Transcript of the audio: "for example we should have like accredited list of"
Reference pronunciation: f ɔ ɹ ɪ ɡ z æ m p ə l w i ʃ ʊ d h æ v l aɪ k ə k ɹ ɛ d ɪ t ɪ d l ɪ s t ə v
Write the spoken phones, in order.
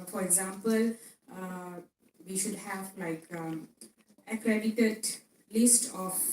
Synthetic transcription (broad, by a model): f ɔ ɹ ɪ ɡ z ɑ m p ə l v i ʃ ʊ d h æ v l aɪ k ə k ɹ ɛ d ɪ t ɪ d l ɪ s t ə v